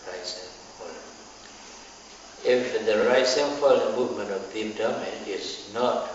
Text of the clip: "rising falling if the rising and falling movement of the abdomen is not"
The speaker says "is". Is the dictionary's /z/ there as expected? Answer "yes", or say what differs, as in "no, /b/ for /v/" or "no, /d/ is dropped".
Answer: no, /s/ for /z/